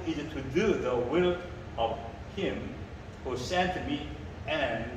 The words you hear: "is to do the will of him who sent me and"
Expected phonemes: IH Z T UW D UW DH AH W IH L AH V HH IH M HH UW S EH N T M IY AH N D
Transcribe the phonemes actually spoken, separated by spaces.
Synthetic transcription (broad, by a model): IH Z T UW D UW DH AH W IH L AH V HH IH M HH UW S EH N T M IY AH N